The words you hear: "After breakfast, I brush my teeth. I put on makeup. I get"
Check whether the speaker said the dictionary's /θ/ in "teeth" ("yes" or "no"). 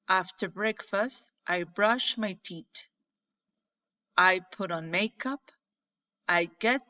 no